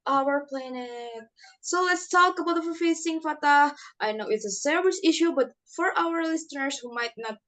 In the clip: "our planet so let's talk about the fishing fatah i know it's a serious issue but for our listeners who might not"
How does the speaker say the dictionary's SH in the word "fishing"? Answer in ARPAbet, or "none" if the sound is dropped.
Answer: S